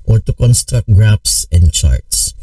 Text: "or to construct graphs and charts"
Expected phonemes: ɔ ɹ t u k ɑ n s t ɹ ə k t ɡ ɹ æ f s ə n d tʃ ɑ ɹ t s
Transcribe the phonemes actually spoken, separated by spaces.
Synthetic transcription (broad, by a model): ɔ ɹ t u k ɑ n s t ɹ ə k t ɡ ɹ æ p s ə n d tʃ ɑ ɹ t s